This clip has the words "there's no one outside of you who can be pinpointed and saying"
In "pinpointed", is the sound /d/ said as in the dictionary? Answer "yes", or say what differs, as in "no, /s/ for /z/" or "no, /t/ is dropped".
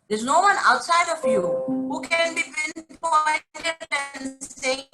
no, /d/ is dropped